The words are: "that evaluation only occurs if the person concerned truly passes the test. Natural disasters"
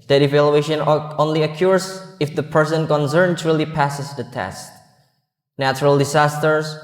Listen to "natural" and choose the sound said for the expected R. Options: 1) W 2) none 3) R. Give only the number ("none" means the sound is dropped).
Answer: 3